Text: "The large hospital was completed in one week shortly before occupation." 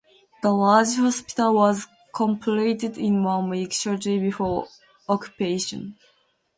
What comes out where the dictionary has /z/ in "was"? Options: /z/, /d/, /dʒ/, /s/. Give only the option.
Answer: /z/